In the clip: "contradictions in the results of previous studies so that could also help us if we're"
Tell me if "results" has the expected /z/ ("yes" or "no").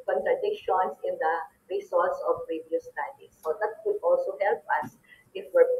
no